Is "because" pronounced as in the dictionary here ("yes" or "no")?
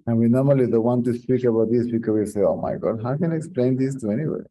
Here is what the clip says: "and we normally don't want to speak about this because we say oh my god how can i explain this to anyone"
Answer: no